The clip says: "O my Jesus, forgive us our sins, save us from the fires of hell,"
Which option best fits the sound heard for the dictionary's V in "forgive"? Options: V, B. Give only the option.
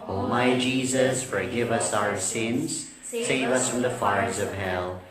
V